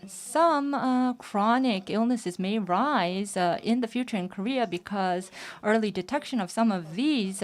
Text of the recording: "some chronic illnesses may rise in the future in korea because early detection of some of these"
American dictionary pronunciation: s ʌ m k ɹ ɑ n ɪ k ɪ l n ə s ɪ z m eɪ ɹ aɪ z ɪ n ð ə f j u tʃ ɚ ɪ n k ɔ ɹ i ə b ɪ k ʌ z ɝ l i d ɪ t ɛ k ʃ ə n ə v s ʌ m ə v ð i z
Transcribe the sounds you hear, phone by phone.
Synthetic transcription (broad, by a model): s ʌ m k ɹ ɑ n ɪ k ɪ l n ə s ɪ z m eɪ ɹ aɪ z ɪ n ð ə f j u tʃ ɚ ɪ n k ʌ ɹ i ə b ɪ k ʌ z ɝ l i d ɪ t ɛ k ʃ ə n ə v s ʌ m ə v ð i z